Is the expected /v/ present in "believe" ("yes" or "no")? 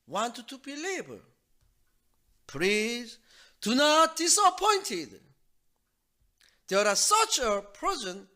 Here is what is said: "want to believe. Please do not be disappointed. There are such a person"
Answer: no